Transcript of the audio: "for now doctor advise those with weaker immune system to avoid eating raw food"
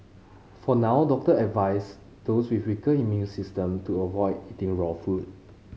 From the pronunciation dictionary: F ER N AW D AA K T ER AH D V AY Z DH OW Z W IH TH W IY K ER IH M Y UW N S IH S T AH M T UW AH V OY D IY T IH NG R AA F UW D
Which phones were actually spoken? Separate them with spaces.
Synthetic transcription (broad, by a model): F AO N AW D AA K T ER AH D V AY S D OW S W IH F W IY K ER IH M Y UW N S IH S T AH M T UW AH V OY D IY T IH NG R AA F UW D